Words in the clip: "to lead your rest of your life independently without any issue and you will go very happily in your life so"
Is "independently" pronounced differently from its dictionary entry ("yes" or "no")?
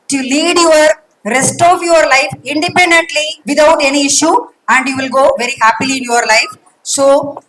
no